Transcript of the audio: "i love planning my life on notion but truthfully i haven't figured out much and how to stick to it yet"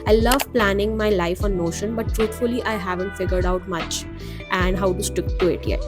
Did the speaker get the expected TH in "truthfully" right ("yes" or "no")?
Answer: no